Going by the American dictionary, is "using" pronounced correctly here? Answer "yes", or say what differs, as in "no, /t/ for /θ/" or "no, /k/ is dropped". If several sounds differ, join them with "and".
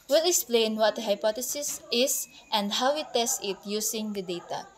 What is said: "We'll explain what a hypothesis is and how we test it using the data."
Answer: no, /s/ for /z/